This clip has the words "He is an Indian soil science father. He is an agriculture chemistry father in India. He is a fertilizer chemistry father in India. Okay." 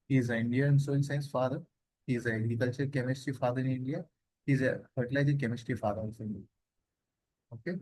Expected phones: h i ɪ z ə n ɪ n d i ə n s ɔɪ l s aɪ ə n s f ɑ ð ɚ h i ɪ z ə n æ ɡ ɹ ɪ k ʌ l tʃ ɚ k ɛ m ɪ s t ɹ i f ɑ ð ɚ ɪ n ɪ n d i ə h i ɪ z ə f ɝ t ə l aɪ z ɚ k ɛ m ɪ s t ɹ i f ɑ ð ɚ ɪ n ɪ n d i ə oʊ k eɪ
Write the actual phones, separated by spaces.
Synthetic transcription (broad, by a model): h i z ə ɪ n d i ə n s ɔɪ n s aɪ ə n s f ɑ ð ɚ h i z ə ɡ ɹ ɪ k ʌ l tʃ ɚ k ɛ m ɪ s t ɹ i f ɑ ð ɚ ɪ n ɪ n d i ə h i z ə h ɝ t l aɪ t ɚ k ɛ m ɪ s t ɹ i f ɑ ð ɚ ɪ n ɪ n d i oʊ k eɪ